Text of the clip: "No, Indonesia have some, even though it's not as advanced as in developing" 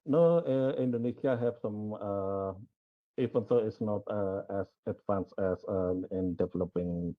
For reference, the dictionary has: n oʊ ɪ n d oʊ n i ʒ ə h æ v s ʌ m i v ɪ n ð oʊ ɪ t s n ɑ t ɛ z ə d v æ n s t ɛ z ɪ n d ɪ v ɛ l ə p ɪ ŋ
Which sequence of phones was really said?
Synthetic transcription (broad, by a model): n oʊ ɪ n d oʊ n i s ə h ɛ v s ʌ m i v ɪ n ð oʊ ɪ t s n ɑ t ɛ s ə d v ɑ n s ɛ s ɪ n d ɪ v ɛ l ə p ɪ ŋ